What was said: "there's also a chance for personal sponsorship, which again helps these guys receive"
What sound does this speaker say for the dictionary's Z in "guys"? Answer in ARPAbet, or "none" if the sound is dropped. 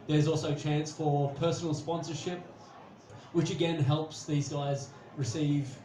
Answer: Z